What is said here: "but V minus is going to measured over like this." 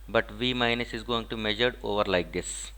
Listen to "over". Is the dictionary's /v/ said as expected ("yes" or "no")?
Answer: yes